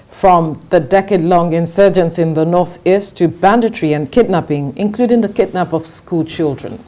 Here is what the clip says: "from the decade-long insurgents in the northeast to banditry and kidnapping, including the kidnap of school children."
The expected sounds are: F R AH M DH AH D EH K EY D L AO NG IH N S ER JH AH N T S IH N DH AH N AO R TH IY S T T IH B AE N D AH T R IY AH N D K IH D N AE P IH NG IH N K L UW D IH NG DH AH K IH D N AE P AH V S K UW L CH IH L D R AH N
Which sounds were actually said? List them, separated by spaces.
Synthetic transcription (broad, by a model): F R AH M DH AH D EH K EY D L AO NG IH N S ER JH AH N S IH N DH AH N AO R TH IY S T T IH B AE N D AH T R IY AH N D K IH D N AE P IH NG IH N K L UW D IH NG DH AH K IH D N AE P AH V S K UW L CH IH L D R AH N